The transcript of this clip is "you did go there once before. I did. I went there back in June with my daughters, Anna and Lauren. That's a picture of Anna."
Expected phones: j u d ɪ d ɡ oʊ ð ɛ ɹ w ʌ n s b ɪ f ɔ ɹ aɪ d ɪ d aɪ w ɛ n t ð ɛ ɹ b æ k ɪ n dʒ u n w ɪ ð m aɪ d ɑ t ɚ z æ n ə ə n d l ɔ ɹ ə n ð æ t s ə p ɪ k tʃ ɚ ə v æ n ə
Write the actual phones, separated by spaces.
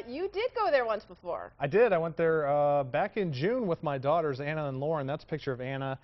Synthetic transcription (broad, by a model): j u d ɪ d ɡ oʊ ð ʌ ɹ w ʌ n s b ɪ f ɔ ɹ aɪ d ɪ d aɪ w ɛ n ð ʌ ɹ b æ k ɪ n dʒ u n w ɪ ð m aɪ d ɑ t ɚ z æ n ə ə n l ɔ ɹ ə n ð æ t s ə p ɪ k tʃ ɚ ə v æ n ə